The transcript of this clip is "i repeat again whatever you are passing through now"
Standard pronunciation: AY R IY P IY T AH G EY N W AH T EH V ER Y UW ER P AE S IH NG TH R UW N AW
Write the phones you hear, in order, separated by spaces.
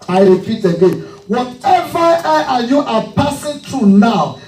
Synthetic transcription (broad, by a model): AY R IY P IY T AH G EY N W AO T EH V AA Y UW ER P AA S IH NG T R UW N AW